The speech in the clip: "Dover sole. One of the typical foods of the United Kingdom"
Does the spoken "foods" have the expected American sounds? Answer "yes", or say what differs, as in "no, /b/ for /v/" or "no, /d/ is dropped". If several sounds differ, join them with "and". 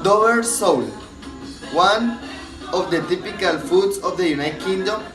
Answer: no, /s/ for /z/